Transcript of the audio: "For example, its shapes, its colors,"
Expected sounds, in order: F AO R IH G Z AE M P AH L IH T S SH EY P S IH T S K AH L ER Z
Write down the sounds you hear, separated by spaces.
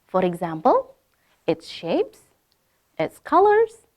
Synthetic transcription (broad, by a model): F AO R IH G Z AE M P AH L IH T S SH EY P S IH T S K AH L ER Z